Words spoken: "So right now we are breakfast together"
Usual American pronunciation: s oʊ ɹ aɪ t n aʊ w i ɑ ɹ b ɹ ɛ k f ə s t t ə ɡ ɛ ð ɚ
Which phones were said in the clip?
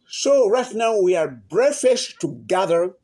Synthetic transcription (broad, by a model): s oʊ ɹ aɪ t n aʊ w i ɑ ɹ b ɹ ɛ f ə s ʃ t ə ɡ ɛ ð ɚ